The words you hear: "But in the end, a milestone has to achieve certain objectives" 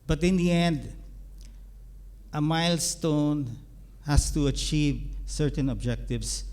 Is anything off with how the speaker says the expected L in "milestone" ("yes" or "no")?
no